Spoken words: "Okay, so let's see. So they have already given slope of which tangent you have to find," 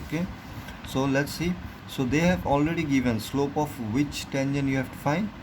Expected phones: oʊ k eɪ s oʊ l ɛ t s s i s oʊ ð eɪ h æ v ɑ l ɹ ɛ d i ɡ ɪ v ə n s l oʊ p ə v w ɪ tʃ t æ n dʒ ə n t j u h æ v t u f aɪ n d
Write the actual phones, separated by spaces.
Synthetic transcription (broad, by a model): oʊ k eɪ s oʊ l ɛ t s s i s oʊ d eɪ h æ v ɑ l ɹ ɛ d i ɡ ɪ v ə n s l oʊ p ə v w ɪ tʃ t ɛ n ʃ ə n j u h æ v t u f aɪ n d